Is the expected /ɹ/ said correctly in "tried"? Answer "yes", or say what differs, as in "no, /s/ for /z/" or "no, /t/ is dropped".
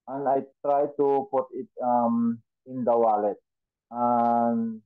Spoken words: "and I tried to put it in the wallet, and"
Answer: yes